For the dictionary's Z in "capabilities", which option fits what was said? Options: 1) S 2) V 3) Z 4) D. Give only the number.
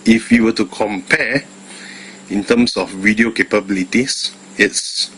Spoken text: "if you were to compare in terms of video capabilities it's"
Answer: 1